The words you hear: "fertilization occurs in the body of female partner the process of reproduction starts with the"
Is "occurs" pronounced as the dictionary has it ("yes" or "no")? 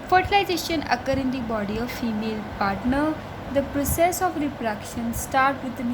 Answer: no